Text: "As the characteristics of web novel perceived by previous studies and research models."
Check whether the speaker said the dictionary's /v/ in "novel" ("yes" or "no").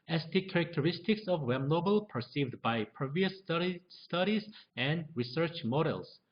no